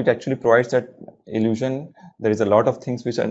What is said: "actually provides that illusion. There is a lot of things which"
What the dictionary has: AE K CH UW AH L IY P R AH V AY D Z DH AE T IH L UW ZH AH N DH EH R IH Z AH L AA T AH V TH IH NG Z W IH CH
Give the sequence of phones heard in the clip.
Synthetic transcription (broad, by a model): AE K CH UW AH L IY P R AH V AY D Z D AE T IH L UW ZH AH N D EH R IH Z AH L AA T AH V T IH NG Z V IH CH